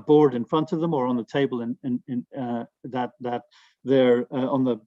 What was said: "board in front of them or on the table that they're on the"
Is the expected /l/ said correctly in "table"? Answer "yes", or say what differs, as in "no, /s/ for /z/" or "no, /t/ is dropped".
no, /n/ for /l/